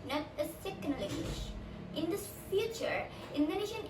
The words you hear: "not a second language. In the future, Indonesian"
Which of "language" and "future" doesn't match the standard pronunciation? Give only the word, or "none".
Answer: language